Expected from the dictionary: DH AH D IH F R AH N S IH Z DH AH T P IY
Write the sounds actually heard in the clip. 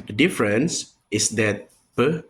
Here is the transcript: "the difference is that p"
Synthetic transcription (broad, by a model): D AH D IH F R AH N S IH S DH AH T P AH